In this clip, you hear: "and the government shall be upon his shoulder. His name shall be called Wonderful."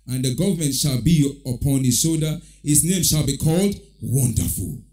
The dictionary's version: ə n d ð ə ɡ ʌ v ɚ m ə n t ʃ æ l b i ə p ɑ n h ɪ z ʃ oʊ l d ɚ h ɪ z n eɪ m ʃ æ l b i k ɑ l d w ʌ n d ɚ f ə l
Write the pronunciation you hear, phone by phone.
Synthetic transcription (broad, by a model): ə n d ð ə ɡ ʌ v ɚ m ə n t ʃ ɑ l b i ə p ɑ n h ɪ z s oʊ d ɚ h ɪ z n eɪ m ʃ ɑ l b i k ɑ l d w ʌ n d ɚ f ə l